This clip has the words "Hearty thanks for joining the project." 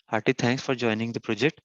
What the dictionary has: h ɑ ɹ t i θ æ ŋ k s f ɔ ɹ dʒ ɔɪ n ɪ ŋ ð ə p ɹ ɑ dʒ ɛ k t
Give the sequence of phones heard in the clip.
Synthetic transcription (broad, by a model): h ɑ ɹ t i t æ ŋ k s f ɔ ɹ dʒ ɔɪ n ɪ ŋ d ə p ɹ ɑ dʒ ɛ k t